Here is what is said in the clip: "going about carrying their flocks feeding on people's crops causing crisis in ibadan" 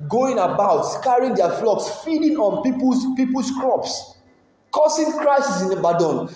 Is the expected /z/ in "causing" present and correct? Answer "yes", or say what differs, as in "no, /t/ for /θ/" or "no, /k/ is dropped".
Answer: no, /s/ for /z/